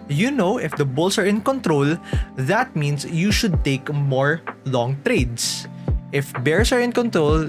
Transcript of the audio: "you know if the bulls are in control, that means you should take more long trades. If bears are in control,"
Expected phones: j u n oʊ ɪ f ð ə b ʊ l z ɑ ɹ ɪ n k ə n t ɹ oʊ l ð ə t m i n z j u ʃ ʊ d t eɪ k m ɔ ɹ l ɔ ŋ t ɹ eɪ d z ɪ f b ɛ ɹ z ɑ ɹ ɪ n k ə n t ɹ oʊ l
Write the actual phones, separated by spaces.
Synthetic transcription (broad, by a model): j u n oʊ ɪ f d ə b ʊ l s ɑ ɹ ɪ n k ə n t ɹ oʊ l ð ə t m i n s j u ʃ ʊ d t eɪ k m ɔ ɹ l ɔ ŋ t ɹ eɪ d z ɪ f b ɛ ɹ s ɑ ɹ ɪ n k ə n t ɹ oʊ l